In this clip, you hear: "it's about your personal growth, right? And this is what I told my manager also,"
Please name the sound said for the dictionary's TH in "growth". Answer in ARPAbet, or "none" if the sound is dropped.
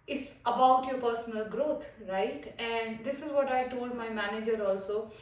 T